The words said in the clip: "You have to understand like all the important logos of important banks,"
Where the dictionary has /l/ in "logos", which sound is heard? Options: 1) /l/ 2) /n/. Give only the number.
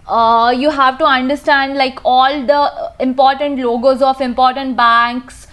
1